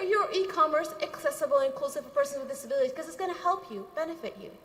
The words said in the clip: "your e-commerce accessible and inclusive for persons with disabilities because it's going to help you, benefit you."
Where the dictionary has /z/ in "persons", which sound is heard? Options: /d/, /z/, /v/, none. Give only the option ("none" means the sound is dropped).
none